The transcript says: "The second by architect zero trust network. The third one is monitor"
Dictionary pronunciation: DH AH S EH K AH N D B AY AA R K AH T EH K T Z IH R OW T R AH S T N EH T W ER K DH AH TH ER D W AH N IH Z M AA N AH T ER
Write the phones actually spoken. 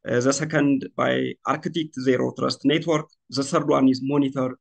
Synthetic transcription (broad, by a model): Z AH S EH K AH N D B AY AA R K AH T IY K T Z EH R OW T R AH S T N EH T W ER K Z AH S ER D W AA N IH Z M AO N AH T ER